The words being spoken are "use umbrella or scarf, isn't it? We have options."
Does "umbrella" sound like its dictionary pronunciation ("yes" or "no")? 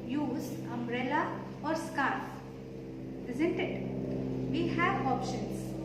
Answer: yes